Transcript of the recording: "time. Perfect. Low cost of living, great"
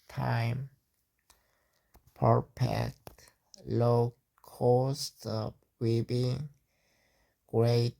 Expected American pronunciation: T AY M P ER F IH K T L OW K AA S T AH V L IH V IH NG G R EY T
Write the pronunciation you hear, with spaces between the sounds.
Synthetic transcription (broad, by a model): T AY M P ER P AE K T L OW K AA S T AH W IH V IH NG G R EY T